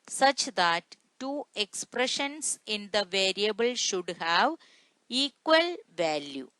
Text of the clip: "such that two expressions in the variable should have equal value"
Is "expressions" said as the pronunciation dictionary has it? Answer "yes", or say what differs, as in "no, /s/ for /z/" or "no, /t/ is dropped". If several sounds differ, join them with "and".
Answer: no, /s/ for /z/